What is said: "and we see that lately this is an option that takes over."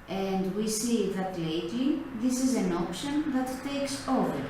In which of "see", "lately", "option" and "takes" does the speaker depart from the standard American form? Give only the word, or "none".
none